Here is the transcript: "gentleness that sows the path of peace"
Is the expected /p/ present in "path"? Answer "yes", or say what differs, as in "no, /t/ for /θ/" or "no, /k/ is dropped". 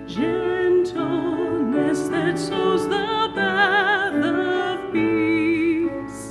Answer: no, /b/ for /p/